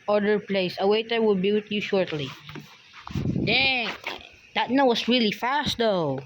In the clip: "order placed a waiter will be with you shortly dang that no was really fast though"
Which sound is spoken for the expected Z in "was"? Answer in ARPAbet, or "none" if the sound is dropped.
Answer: S